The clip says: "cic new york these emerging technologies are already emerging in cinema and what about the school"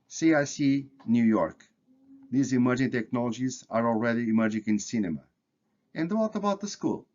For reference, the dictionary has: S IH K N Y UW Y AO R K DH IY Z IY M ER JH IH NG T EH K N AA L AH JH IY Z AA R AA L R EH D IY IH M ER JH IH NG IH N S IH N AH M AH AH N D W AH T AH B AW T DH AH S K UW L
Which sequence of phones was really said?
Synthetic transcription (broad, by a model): S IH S N Y UW Y AO R K DH IY Z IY M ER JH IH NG T EH K N AA L AH JH IY Z AA R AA L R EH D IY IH M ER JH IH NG IH N S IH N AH M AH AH N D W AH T AH B AW T DH AH S K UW L